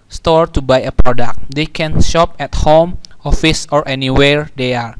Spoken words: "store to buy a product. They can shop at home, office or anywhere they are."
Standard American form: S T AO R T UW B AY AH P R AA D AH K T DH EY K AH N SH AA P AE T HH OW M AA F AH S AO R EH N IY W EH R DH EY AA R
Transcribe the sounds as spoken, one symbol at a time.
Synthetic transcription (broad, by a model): S T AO R T UW B AY AH P R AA D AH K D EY K AH N SH AA P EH T HH OW M AA F AH S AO R EH N IY W EH R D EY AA R